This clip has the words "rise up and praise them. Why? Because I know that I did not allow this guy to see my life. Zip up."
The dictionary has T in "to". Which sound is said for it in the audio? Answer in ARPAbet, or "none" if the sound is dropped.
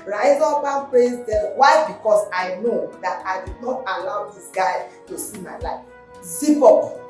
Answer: T